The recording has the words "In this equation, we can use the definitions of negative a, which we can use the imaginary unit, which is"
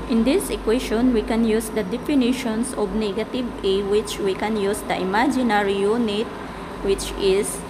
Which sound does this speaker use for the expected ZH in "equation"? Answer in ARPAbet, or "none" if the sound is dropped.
SH